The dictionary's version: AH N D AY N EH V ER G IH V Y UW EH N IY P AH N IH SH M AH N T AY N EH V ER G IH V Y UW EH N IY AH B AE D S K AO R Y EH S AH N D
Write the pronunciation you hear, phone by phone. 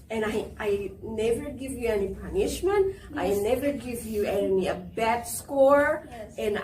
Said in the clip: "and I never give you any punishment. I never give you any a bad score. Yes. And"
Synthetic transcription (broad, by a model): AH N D AY N EH V ER G IH V Y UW EH N IY P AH N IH SH M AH N T AY N EH V ER G IH V Y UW EH N IY AH B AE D S K AO R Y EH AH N